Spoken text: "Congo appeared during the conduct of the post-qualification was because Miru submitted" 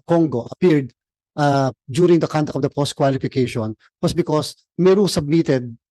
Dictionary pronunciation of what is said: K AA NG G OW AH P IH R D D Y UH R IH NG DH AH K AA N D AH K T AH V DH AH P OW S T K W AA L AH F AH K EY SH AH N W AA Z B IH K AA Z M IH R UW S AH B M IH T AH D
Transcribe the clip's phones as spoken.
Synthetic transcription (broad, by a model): K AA NG G OW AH P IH R D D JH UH R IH NG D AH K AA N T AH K AH V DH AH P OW S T K W AA L AH F AH K EY SH AH N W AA S B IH K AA S M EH R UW S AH B M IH T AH D